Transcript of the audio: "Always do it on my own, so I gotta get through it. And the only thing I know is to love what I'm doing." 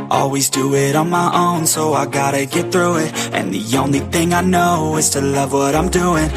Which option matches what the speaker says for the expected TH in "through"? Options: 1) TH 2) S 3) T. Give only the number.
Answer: 1